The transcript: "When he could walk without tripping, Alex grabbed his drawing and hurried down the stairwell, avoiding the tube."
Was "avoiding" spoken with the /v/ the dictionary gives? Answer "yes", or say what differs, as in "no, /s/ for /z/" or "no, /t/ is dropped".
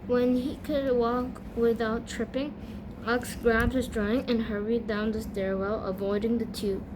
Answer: yes